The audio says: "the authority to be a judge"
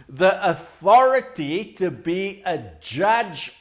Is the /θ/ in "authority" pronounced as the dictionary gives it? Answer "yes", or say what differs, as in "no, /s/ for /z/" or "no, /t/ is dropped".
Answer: yes